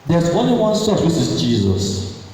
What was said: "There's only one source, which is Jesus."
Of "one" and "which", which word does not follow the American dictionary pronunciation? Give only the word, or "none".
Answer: which